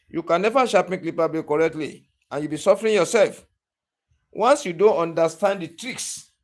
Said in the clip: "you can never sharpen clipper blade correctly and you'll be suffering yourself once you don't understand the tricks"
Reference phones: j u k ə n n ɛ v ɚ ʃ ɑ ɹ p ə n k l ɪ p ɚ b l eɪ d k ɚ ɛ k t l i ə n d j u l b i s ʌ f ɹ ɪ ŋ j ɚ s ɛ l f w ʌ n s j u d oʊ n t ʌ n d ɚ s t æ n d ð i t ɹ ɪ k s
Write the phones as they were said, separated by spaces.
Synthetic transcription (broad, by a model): j u k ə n n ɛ v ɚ ʃ ɑ p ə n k l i p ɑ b eɪ k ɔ ɛ k t l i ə n j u b i s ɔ f ɹ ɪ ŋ j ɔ s ɛ l f w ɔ n s j u d oʊ n t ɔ n d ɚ s t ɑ n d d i t ɹ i k s